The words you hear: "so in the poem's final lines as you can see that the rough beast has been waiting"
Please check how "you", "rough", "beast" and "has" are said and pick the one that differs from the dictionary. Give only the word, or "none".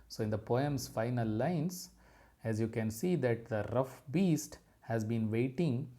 none